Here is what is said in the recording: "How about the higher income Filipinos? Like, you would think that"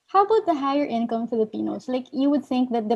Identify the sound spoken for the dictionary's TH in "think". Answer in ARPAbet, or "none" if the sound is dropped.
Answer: TH